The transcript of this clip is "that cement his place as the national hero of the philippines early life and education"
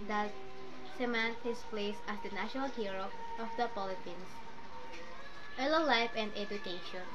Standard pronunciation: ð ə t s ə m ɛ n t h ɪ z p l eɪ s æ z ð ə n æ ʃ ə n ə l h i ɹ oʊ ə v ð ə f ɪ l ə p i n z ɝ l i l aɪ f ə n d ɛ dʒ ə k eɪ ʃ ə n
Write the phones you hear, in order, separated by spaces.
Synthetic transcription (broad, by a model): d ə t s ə m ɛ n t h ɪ s p l eɪ s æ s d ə n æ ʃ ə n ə l h i ɹ oʊ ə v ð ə p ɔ l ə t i n s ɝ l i l aɪ f ə n d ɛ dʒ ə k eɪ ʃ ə n